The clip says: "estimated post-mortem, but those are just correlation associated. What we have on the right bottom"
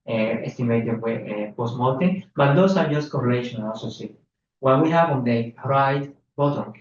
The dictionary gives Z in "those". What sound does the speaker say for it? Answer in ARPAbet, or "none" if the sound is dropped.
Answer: S